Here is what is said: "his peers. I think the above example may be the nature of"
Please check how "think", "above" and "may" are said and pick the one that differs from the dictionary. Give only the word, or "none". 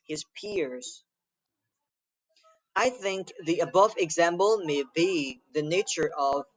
none